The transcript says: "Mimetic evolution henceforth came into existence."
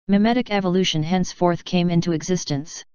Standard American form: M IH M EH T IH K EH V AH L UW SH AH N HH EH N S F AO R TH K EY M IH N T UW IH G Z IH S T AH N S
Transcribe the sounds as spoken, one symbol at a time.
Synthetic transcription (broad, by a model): M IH M EH T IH K EH V AH L UW SH AH N HH EH N S F AO R TH K EY M IH N T UW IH G Z IH S T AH N S